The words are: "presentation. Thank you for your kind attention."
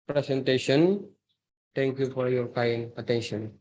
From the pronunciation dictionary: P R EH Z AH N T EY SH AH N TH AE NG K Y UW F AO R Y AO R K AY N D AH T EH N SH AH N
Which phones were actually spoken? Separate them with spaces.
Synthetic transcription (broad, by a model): P R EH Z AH N T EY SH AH N T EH NG K Y UW F AO R Y AO R K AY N AH T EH N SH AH N